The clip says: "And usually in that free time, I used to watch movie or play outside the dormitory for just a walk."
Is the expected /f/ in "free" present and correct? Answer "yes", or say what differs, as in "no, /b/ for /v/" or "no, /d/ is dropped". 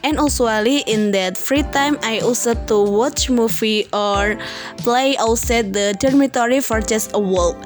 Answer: yes